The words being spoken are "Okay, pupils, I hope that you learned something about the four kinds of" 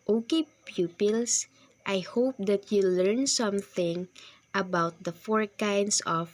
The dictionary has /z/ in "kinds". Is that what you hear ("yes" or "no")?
no